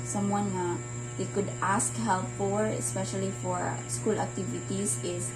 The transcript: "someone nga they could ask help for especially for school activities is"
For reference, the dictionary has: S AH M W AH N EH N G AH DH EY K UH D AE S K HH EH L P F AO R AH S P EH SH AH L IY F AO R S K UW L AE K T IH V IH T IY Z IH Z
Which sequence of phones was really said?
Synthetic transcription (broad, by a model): S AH M W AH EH N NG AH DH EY K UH D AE S K HH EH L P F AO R AH S P EH SH AH L IY F AO R S K UW L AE K T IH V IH T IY S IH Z